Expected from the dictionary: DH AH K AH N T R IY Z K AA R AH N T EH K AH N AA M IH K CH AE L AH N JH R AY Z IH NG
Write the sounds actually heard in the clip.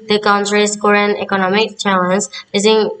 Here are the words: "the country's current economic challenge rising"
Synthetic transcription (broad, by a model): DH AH K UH N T R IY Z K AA R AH N EH K AH N AA M IH K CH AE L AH N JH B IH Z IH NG